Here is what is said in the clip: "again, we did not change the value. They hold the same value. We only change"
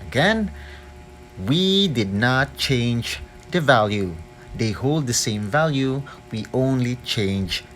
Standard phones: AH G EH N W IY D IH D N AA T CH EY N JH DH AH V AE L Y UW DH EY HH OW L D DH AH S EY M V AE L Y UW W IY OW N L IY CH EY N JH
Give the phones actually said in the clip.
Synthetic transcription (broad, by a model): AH G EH N W IY D IH D N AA T CH EY N JH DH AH V AE L Y UW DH EY HH OW L D DH AH S EY M V AE L Y UW W IY OW N L IY CH EY N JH